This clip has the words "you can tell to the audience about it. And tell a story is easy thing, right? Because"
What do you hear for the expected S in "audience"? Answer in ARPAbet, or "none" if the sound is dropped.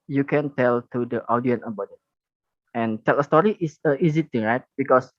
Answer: none